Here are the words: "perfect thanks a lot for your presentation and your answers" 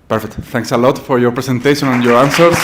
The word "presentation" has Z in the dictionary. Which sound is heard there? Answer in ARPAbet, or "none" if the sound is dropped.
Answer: S